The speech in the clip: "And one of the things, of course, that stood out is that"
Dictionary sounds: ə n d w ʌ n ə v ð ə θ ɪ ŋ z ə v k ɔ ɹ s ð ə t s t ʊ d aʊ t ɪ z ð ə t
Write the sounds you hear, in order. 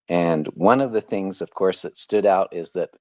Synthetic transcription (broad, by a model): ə n w ʌ n ə v ð ə θ ɪ ŋ z ə v k ɔ ɹ s ð ə t s t ʊ d aʊ t ɪ z ð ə t